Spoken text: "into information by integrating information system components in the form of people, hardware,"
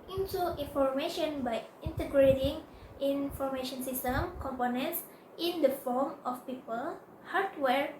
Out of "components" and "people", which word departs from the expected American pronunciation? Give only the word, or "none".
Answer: none